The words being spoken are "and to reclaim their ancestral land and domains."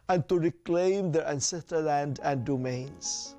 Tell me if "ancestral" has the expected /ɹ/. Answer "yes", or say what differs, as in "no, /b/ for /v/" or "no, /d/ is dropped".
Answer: no, /ɹ/ is dropped